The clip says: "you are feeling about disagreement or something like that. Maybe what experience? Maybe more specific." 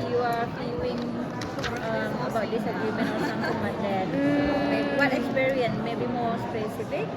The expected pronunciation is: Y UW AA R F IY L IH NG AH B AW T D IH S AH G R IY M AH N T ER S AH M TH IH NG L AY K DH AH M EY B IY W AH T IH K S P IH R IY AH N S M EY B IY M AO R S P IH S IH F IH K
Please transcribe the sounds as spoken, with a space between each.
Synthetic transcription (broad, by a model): Y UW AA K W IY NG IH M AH B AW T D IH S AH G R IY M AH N ER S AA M T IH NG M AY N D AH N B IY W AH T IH K S P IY R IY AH N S M EY B IY M AO R S P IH S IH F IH K